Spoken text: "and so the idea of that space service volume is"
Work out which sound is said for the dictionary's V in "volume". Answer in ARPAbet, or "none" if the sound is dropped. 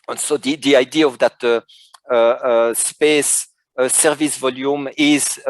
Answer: V